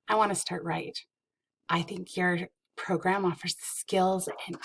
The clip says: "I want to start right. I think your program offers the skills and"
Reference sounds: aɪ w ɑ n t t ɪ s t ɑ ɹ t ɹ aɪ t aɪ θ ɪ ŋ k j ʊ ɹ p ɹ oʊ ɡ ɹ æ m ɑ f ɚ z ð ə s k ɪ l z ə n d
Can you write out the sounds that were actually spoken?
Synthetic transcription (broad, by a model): aɪ w ɑ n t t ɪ s t ɑ ɹ t ɹ aɪ t aɪ θ ɪ ŋ k j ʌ ɹ p ɹ oʊ ɡ ɹ æ m ɑ f ɚ z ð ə s k ɪ l z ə n